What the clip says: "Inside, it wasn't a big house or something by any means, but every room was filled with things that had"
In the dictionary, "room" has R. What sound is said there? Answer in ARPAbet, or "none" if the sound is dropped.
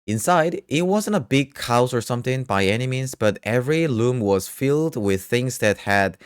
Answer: L